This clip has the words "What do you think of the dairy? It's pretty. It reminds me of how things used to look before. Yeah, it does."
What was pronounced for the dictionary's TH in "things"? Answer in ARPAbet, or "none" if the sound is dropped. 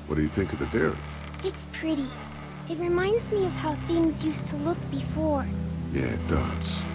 TH